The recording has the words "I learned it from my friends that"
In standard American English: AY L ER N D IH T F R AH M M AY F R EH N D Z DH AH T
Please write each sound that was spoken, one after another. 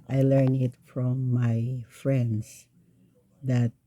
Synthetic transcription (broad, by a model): AY L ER N IH T F R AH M M AY F R EH N D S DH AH T